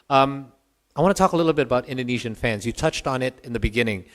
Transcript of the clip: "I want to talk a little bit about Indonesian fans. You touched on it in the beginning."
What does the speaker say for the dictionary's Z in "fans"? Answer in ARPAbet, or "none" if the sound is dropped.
Z